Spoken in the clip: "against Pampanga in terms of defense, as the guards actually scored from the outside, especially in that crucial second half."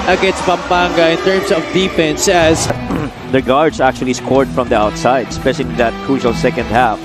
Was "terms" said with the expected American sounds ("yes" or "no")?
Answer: no